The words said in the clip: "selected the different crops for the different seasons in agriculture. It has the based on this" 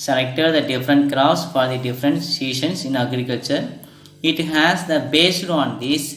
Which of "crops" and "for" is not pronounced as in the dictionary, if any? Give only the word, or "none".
crops